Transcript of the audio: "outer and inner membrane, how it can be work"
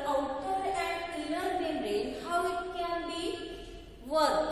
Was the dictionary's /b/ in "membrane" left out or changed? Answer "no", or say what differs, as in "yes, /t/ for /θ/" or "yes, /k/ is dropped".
yes, /b/ is dropped